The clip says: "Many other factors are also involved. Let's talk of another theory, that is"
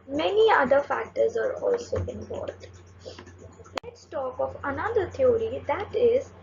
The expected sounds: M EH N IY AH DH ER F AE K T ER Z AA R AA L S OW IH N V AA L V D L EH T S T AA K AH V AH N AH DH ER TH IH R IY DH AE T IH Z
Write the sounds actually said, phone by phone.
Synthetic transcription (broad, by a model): M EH N IY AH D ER F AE K T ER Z AA R AA L S OW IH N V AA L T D L EH T S T AA K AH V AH N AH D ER T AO R IY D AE T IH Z